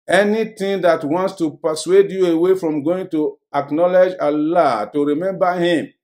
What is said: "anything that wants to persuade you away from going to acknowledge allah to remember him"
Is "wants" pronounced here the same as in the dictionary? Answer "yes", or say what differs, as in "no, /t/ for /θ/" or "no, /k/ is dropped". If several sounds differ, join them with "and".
yes